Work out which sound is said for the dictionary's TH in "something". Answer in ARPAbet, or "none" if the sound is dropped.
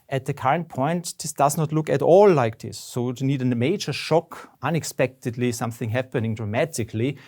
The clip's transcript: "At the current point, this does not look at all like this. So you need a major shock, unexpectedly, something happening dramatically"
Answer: TH